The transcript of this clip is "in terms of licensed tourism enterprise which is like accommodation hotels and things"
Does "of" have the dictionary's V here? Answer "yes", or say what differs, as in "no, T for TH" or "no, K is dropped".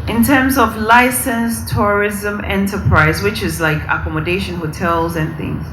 yes